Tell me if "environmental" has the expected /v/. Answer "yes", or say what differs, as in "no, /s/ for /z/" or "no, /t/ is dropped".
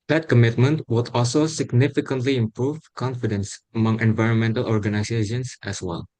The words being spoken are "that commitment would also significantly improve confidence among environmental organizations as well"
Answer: yes